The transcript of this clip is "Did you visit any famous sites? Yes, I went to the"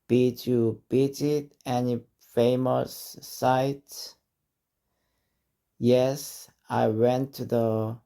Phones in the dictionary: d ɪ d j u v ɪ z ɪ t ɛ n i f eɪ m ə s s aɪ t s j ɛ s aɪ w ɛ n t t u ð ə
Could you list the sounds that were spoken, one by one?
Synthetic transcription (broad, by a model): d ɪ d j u b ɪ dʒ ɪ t ɛ n i f eɪ m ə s s aɪ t j ɛ s aɪ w ɛ n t t u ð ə